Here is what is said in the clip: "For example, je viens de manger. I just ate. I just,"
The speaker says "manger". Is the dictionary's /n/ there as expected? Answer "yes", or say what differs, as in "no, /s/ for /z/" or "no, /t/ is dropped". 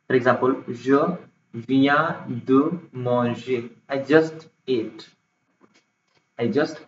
no, /n/ is dropped